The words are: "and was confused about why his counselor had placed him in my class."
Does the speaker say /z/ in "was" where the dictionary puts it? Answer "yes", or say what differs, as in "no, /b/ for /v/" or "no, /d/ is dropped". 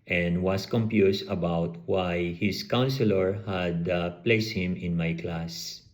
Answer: no, /s/ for /z/